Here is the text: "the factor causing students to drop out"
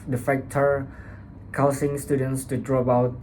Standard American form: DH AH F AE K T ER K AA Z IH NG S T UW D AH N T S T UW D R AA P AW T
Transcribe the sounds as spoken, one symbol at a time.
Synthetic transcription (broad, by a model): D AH F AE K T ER K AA S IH NG S T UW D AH N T S T UW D R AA B AW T